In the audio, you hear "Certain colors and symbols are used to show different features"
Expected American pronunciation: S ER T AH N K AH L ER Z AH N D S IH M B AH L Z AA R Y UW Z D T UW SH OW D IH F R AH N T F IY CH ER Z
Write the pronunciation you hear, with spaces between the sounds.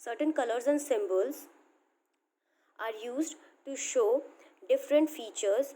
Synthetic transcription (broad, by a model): S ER T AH N K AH L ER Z AH N D S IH M B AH L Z AA R Y UW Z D T UW SH OW D IH F R AH N T F IY CH ER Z